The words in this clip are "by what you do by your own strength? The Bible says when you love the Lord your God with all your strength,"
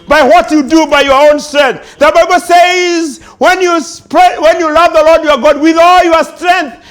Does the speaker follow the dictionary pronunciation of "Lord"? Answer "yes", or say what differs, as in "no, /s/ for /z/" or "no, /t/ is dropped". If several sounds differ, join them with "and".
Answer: yes